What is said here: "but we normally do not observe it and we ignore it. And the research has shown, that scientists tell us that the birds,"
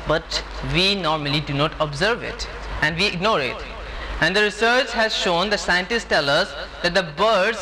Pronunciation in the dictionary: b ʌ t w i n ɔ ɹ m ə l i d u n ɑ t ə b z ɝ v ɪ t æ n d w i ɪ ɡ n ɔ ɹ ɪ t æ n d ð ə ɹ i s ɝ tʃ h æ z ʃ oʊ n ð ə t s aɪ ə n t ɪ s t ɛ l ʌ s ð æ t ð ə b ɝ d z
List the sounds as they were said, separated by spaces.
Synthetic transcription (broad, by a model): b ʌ t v i n ɔ ɹ m ə l i d u n ɑ t ə b z ɝ v ɪ t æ n d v i ɪ ɡ n ɔ ɹ ɪ t æ n d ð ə ɹ i s ɝ tʃ h æ z ʃ oʊ n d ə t s aɪ ə n t ɪ s t ɛ l ʌ s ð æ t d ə b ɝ d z